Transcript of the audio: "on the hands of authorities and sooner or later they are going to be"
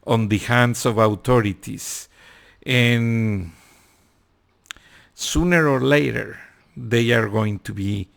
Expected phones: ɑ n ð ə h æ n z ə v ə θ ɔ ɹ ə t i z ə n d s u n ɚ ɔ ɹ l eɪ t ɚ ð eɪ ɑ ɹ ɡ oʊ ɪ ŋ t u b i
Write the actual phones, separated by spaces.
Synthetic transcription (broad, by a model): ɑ n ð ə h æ n s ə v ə t ɔ ɹ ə t i s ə n s u n ɚ ɔ ɹ l eɪ t ɚ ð eɪ ɑ ɹ ɡ oʊ ɪ ŋ t u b i